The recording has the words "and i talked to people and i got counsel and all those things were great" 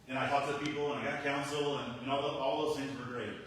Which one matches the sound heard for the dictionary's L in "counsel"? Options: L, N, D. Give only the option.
N